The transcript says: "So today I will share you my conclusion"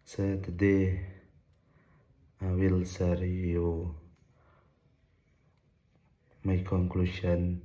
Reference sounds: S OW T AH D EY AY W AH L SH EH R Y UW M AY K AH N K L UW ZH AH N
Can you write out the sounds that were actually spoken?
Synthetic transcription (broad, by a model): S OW T AH D EY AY W AH L S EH R Y UW M AY K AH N K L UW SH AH N